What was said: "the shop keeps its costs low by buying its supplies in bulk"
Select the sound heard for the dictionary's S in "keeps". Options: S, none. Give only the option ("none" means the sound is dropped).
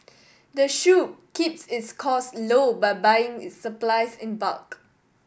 S